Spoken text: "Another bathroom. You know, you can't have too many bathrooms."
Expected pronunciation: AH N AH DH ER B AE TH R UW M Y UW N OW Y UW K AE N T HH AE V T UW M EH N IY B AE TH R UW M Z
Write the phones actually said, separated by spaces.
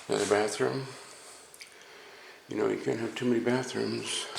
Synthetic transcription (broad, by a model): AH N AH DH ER B AE TH R UW M Y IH N OW Y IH K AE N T HH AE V T UW M EH N IY B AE TH R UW M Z